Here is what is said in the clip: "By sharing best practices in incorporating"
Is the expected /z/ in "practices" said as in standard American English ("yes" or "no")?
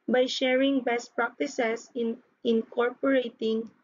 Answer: no